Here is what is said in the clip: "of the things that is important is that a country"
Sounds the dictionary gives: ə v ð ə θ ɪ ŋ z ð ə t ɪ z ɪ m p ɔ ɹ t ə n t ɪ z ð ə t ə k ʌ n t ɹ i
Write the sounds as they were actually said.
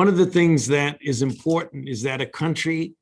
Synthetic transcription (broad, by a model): ə v ð ə θ ɪ ŋ z ð ə t ɪ z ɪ m p ɔ ɹ t n t ɪ z ð ə t ə k ʌ n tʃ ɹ i